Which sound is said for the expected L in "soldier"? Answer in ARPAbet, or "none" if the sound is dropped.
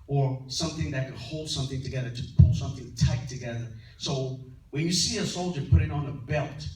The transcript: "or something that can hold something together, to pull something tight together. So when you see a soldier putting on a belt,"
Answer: L